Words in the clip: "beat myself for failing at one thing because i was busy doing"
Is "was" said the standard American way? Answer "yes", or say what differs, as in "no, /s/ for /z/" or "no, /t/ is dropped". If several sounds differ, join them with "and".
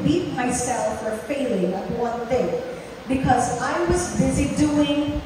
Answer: yes